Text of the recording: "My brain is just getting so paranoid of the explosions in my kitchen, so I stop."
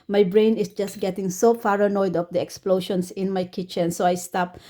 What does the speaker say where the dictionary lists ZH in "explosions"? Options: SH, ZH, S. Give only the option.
SH